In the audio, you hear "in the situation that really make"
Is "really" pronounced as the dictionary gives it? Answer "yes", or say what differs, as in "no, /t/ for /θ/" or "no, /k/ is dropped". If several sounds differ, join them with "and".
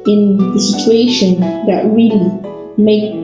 yes